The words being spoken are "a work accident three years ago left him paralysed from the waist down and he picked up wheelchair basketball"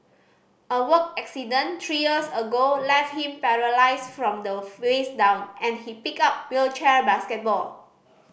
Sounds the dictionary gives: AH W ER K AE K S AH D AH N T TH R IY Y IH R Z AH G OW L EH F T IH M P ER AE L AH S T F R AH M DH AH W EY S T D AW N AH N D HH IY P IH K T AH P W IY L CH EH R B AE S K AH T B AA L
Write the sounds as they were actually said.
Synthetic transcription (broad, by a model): AH W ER K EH K S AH D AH N T R IY Y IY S AH G OW L EH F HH IH M P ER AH L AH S F R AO M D AH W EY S D AW N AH N HH IY P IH K AH P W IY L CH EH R B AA S K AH T B AA L